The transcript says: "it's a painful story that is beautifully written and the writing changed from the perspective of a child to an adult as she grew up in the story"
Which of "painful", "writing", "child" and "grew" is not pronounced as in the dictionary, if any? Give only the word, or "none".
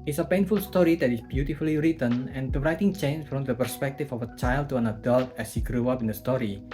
none